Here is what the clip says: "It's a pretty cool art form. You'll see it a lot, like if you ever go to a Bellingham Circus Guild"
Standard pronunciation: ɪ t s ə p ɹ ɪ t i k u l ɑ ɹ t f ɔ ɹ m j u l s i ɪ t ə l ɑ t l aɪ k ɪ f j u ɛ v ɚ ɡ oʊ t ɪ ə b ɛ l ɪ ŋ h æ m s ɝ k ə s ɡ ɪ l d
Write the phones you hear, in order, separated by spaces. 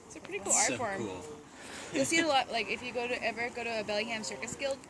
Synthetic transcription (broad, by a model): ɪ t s ə p ɹ ɪ t i k u l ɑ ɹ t f ɔ ɹ m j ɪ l s i ɪ t ə l ɑ t l aɪ k ɪ f j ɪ ɛ v ɚ ɡ oʊ t ɪ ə b ɛ l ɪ h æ m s ɝ k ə s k ɪ l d